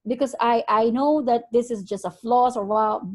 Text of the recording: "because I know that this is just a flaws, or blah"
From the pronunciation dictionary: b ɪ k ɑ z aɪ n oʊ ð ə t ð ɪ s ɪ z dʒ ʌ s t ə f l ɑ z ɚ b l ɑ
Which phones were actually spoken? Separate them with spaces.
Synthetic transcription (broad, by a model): b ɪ k ɑ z aɪ n oʊ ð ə t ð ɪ s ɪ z dʒ ʌ s t ə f l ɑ s ɚ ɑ